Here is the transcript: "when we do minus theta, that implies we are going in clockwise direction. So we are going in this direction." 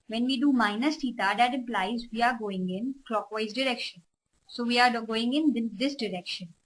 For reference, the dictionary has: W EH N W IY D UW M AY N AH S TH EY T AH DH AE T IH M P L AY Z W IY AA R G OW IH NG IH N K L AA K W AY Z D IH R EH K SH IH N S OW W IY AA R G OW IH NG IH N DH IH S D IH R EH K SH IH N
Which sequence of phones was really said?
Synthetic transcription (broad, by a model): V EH N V IY D UW M AY N AH S T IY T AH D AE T IH M P L AY Z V IY AA R G OW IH NG IH N K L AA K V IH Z D IH R EH K SH IH N S OW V IY AA R G OW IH NG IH N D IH S D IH R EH K SH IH N